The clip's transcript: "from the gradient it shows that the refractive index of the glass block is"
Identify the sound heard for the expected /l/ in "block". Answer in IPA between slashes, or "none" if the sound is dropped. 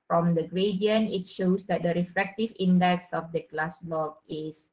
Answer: none